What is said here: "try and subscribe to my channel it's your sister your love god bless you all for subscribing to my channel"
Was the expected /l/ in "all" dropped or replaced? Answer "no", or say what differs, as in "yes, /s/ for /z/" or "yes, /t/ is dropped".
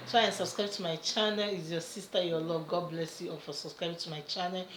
yes, /n/ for /l/